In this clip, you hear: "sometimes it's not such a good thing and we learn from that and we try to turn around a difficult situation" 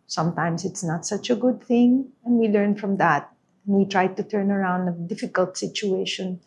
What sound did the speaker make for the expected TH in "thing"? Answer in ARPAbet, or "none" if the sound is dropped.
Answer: TH